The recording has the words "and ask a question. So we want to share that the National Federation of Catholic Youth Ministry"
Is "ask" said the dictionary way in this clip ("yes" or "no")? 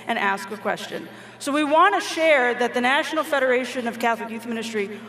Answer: yes